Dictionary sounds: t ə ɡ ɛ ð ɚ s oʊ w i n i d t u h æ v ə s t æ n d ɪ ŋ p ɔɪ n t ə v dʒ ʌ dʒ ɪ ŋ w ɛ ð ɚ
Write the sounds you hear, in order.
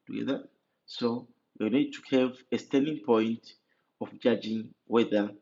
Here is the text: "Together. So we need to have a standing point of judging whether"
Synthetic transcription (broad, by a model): t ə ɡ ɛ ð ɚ s oʊ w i n i d t u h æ v ə s t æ n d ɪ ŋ p ɔɪ n t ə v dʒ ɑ dʒ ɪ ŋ w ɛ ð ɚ